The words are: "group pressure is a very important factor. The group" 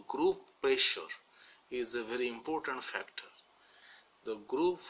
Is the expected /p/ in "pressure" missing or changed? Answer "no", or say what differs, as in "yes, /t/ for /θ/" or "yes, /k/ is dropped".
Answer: no